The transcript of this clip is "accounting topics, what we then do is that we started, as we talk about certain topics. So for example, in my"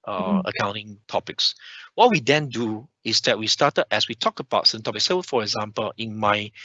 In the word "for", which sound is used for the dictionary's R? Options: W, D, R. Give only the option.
R